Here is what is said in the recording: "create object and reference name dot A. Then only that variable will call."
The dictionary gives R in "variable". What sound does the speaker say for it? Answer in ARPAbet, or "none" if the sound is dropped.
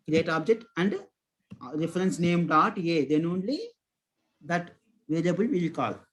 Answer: L